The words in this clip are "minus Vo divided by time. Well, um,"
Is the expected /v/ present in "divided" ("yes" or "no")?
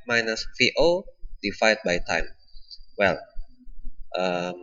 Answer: no